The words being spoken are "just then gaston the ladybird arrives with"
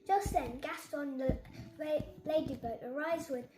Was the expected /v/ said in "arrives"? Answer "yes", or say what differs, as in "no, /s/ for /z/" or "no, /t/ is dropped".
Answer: no, /v/ is dropped